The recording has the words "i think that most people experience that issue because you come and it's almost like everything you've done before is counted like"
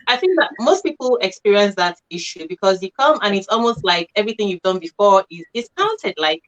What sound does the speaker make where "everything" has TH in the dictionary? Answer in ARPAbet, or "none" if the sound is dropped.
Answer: TH